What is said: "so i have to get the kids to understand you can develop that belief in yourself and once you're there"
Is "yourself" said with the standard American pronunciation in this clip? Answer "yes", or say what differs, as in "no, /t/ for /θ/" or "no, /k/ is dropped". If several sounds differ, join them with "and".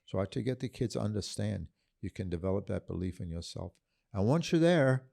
yes